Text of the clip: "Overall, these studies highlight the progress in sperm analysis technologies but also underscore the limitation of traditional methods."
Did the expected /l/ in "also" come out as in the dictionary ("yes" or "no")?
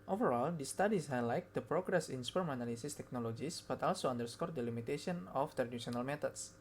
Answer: yes